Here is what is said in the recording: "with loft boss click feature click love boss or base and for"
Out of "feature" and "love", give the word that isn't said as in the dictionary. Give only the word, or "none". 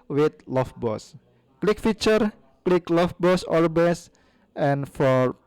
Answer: love